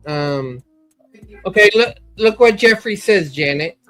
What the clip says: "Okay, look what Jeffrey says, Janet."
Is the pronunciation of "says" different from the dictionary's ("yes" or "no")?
no